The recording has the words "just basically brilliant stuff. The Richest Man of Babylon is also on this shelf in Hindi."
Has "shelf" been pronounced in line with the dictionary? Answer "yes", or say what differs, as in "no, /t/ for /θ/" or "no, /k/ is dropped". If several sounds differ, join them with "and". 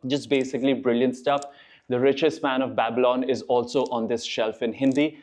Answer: yes